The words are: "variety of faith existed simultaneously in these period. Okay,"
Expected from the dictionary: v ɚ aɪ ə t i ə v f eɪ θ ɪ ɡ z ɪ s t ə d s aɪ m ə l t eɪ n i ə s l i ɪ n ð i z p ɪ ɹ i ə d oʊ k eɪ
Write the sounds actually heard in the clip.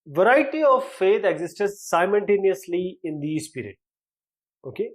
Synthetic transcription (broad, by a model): v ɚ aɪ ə t i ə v f eɪ t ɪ ɡ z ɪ s t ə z s aɪ m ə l t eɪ n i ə s l i ɪ n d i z p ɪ ɹ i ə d oʊ k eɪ